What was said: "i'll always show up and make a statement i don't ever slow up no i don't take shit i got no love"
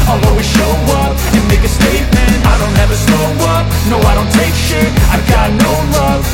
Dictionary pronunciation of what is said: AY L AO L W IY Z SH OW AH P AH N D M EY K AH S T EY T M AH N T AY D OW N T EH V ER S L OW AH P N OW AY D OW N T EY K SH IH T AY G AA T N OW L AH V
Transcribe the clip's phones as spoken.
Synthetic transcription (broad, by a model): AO L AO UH W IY SH OW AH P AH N M EY K AH S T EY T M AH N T AY D OW N T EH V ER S OW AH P N OW AY D OW N T EY K SH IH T AY G AA T N OW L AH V